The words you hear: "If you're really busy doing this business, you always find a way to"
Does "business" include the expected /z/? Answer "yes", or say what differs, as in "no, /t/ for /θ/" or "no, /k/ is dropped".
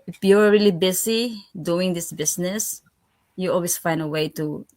no, /s/ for /z/